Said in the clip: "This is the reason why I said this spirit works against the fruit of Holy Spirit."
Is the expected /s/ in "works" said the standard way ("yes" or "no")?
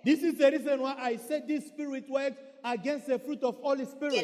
no